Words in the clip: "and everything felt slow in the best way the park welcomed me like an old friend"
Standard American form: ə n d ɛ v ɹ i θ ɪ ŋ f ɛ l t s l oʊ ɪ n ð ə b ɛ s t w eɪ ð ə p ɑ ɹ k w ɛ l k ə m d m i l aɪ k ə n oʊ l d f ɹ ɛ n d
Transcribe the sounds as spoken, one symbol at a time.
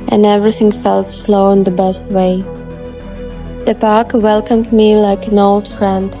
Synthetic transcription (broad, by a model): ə n ɛ v ɹ i θ ɪ ŋ f ɛ l t s l oʊ ɪ n ð ə b ɛ s t w eɪ ð ə p ɑ ɹ k w ɛ l k ə m d m i l aɪ k ə n oʊ l d f ɹ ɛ n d